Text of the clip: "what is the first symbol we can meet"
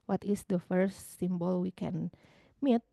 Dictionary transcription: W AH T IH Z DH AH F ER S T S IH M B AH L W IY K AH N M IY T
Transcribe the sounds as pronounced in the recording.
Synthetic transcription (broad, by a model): W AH T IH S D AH F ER T S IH M B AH L W IY K AH N M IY T